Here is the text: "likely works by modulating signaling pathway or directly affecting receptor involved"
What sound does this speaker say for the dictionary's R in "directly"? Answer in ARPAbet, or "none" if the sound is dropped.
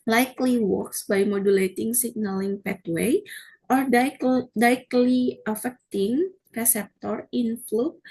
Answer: none